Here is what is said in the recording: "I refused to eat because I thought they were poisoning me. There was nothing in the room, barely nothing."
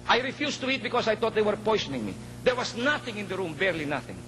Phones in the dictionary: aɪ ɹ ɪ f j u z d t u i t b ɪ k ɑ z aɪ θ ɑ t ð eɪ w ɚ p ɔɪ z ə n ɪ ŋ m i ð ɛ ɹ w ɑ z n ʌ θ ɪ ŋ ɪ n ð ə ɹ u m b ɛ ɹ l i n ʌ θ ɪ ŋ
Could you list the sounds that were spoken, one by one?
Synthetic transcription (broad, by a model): aɪ ɹ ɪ f j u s t u i t b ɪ k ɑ s aɪ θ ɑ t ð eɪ w ɚ p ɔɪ s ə n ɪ ŋ m i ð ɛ ɹ w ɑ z n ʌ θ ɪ ŋ ɪ n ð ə ɹ u m b ɛ ɹ l i n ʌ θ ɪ ŋ